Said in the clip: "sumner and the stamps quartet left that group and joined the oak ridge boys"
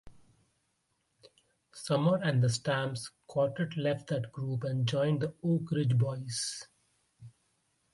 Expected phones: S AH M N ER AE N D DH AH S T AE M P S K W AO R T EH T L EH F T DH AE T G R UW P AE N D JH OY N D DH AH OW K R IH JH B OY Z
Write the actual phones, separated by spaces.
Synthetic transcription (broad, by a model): S AH M ER AE N D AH S T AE M S K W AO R T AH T L EH F T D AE T G R UW P AE N D JH OY N D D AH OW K R IH JH B OY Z